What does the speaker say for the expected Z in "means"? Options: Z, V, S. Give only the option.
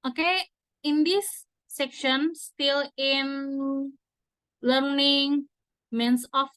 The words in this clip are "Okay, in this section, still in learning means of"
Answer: S